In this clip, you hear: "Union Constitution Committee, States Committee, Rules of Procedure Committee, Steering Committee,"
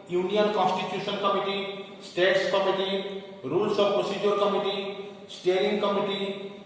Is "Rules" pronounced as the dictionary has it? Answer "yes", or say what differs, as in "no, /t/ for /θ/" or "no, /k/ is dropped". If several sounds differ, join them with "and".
no, /s/ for /z/